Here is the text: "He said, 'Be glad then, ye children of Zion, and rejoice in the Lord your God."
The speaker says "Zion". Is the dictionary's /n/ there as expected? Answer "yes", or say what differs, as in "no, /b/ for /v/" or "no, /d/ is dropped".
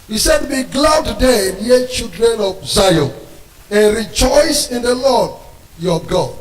no, /n/ is dropped